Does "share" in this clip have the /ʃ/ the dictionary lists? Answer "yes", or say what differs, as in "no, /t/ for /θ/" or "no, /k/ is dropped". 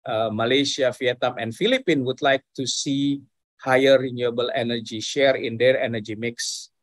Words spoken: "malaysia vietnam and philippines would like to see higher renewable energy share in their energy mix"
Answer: yes